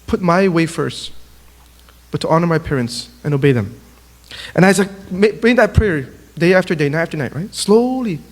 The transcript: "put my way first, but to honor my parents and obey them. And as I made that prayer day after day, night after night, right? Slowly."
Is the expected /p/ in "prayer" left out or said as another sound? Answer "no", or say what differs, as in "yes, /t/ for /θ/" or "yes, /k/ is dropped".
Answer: no